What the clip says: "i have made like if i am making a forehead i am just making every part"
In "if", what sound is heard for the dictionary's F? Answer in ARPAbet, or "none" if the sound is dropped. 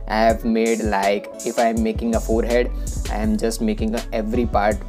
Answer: F